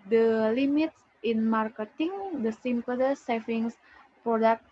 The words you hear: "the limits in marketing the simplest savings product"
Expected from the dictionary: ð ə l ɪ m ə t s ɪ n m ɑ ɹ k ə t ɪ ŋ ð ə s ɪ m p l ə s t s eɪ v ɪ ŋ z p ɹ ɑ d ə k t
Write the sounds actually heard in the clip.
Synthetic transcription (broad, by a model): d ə l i m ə t s ɪ n m ɑ ɹ k ə t ɪ ŋ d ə s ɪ m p ə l s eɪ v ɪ ŋ s p ɹ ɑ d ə k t